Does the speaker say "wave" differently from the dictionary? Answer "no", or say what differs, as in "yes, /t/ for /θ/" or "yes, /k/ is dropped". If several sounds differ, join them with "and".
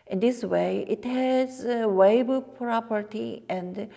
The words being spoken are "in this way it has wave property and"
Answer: yes, /b/ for /v/